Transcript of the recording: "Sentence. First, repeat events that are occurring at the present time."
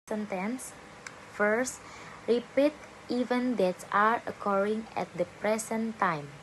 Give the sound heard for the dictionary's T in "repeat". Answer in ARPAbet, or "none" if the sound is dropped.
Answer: T